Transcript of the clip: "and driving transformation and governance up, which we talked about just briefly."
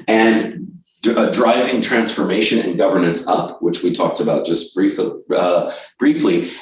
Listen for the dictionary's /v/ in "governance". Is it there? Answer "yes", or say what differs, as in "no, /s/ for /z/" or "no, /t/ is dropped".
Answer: yes